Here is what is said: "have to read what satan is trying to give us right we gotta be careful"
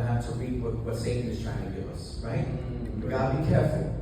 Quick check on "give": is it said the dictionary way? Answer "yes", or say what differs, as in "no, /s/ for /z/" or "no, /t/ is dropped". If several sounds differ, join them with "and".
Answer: no, /v/ is dropped